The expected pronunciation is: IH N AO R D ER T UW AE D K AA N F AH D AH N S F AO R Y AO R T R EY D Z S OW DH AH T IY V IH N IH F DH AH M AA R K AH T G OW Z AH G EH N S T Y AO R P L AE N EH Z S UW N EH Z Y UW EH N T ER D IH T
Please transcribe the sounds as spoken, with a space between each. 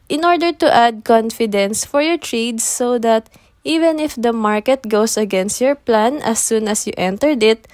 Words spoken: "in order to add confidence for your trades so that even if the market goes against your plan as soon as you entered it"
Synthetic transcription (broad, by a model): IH N AO R D ER T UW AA D K AA N F AH D AH N S F AO R Y AO R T R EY D S OW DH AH T IY V IH N IH F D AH M AA R K AH T G OW S AH G EH N S T Y AO R P L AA N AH S UW N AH S Y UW EH N T ER D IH T